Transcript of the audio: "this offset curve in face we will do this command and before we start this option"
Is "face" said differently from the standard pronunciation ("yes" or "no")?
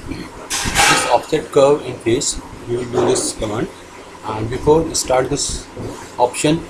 yes